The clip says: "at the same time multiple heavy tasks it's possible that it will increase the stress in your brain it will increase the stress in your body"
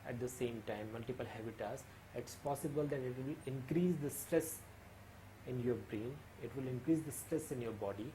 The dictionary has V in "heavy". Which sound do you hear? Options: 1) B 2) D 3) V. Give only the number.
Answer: 1